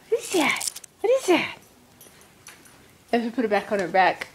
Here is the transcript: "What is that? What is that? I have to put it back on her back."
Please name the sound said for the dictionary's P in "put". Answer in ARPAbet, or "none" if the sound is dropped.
P